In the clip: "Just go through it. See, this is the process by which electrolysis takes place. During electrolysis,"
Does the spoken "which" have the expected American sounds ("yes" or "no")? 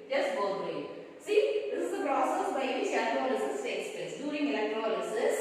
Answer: no